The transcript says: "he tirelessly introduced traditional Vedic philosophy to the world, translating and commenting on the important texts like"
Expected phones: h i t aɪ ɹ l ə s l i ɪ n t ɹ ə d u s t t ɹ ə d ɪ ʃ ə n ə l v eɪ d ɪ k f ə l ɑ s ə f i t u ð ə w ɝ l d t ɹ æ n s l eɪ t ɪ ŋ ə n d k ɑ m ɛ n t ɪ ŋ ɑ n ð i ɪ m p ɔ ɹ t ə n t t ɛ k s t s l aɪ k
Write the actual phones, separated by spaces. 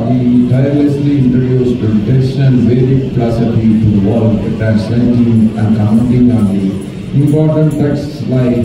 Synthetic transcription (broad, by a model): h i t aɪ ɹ l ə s l i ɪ n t ɹ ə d u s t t ə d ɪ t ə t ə n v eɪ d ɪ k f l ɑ s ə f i t u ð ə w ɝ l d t æ s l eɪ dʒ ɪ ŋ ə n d k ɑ ɛ n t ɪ ŋ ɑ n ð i ɪ m p ɔ ɹ t ə n t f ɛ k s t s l aɪ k